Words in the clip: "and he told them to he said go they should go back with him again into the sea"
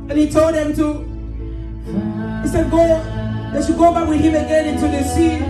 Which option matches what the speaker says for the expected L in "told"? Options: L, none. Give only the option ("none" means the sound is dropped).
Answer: L